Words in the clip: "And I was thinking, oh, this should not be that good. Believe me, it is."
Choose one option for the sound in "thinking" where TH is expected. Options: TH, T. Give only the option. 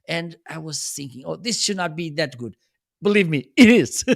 TH